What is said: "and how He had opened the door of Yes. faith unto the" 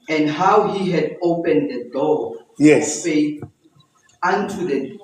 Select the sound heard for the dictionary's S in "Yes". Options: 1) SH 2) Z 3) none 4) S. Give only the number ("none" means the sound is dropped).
3